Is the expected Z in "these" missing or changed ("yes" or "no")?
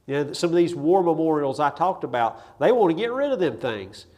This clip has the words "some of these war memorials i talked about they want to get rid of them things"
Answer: no